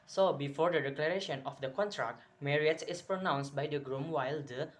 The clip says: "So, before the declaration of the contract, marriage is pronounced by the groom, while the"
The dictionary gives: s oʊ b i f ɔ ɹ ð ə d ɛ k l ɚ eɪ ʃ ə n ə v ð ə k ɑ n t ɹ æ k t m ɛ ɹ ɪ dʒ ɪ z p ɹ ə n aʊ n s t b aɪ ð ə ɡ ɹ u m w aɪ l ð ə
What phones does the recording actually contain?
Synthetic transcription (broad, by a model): s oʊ b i f ɔ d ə d ɛ k l ɚ eɪ ʃ ə n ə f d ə k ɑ n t ɹ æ k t m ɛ ɹ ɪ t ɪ s p ɹ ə n aʊ n s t b aɪ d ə ɡ ɹ u m w aɪ l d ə